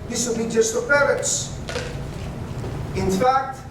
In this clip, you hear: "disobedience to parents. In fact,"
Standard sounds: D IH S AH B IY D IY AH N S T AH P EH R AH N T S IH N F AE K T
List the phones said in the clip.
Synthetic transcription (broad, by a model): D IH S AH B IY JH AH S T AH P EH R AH T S IH N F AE K T